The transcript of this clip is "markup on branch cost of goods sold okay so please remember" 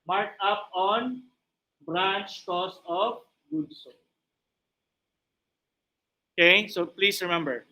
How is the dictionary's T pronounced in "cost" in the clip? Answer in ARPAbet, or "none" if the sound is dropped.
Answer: none